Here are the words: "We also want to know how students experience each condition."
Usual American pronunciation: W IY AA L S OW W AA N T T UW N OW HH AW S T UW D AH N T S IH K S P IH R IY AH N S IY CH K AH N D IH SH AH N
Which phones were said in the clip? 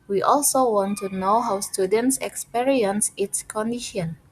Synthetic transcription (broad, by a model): W IY AA L S OW W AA N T T UW N OW HH AW S T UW D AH N T S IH K S P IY R IY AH N S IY S K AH N D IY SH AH N